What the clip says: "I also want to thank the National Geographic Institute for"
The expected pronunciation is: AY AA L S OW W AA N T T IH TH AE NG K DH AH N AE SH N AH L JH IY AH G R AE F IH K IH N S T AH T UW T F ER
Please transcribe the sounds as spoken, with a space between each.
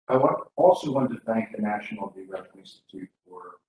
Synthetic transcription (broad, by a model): AY AA L S OW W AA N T T IH TH AE NG K DH AH N AE SH N L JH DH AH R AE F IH IH N S T AH T UW T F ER